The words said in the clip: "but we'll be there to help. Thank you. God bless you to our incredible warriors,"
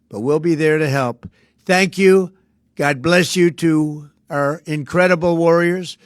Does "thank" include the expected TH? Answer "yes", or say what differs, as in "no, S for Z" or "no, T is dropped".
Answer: yes